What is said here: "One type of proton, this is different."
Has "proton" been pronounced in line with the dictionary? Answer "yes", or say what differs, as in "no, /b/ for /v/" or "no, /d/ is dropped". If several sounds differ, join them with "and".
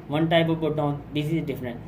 no, /ɹ/ is dropped